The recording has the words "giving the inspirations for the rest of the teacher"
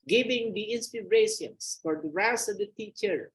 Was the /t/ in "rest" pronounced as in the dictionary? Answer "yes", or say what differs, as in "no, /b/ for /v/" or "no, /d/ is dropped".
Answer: no, /t/ is dropped